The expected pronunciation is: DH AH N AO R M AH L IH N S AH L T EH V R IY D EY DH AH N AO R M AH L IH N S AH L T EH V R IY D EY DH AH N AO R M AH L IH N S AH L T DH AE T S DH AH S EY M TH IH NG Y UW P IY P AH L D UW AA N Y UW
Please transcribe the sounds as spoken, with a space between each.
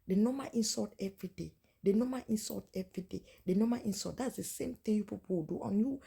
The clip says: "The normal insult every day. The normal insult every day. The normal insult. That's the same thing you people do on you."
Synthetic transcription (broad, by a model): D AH N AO M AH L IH N S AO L T EH V R IY D EY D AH N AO M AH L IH N S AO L T EH V R IY D EY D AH N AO M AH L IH N S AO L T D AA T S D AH S EY M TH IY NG Y UW P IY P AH W D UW AA N Y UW